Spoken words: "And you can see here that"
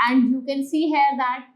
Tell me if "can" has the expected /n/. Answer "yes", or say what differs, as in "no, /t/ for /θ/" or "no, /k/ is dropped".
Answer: no, /l/ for /n/